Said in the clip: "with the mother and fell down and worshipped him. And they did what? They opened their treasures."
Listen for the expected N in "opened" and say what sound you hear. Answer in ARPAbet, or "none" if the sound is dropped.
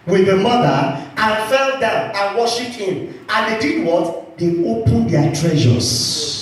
N